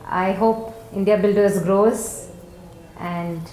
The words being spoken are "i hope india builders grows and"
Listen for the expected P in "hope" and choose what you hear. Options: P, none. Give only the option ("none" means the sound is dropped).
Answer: P